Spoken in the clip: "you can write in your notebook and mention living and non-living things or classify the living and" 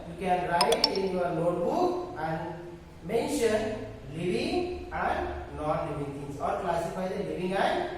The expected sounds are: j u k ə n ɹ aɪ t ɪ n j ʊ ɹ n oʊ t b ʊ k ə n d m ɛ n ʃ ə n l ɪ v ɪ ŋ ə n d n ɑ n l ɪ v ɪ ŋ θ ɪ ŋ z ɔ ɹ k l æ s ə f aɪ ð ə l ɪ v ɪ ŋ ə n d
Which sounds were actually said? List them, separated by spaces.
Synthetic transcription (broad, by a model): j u k ə n ɹ aɪ t ɪ n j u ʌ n oʊ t b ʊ k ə n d m ɛ n ʃ ə n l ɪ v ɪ ŋ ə n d n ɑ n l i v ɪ ŋ t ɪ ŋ s ɔ ɹ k l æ s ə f aɪ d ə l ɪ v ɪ ŋ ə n